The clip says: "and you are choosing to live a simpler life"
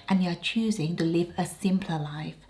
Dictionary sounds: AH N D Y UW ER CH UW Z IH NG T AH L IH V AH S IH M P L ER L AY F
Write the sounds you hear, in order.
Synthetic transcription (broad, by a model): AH N Y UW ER CH UW Z IH NG T AH L IH V AH S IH M P L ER L AY F